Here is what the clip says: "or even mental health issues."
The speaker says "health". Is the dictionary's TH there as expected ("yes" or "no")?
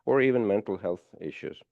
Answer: yes